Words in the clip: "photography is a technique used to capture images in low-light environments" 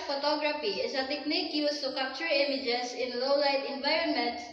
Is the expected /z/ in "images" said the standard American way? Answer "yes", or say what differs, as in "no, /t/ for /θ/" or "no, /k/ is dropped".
no, /s/ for /z/